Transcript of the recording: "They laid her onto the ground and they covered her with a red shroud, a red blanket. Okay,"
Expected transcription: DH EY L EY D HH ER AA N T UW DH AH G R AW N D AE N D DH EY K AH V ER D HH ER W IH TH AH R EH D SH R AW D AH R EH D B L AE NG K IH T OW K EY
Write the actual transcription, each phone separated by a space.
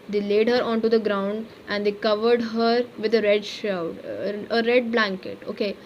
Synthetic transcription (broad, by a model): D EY L EY D HH ER AA N T UW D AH G R AW N D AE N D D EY K AH V ER D HH ER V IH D AH R EH D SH AW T AH R EH D B L AE NG K IH T OW K EY